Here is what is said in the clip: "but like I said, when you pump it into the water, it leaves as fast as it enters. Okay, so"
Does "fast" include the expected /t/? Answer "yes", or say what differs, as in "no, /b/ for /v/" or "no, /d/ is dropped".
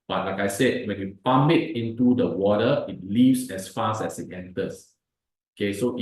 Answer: no, /t/ is dropped